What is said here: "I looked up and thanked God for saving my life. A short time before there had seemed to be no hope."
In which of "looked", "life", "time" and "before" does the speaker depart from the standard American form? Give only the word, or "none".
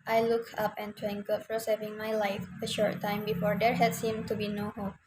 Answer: looked